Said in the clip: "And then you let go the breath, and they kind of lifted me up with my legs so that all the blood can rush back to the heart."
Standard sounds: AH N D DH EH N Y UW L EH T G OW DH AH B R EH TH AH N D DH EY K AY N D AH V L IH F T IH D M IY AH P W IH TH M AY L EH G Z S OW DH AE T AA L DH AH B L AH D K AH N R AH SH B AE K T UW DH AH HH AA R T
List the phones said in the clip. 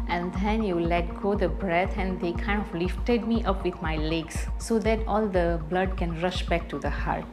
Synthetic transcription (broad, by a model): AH N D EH N Y UW L EH T G OW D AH B R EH T AH N D EY K AY N D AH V L IH F T IH D M IY AH P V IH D M AY L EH G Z S OW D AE T AA L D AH B L AH D K AH N R AH SH B AE K T UW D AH HH AA R T